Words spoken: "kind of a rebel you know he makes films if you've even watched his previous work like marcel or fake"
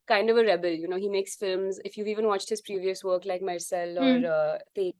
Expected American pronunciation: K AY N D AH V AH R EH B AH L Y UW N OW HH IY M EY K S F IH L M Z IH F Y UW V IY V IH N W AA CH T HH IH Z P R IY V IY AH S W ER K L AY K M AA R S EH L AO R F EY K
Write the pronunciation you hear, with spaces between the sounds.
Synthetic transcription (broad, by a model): K AY N D AH V AH R EH B AH L Y UW N OW HH IY M EY K S F IH L M Z IH F Y UW V IY V IH N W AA CH T HH IH Z P R IY V IY AH S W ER K L AY K M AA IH S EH L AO R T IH